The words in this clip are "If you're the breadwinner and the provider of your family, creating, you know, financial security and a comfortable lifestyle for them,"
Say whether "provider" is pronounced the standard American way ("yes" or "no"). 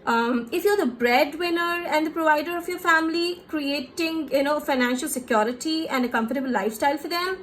yes